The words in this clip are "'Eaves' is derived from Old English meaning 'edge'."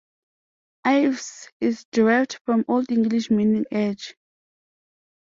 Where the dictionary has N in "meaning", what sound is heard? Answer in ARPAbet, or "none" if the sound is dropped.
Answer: N